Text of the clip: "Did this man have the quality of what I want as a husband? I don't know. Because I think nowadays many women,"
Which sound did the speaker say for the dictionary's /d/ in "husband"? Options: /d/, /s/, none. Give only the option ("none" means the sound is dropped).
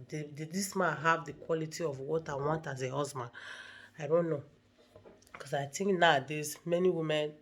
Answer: none